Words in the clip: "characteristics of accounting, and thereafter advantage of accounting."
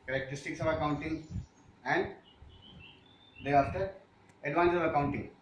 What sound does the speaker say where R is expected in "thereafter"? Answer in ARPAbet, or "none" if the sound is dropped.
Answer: none